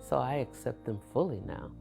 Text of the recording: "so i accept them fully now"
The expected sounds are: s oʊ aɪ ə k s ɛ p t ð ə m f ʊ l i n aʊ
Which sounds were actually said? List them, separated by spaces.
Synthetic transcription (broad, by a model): s oʊ aɪ ə k s ɛ p t ð ə m f ʊ l i n aʊ